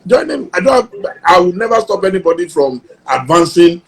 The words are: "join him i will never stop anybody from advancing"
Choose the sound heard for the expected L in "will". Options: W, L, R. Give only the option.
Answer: W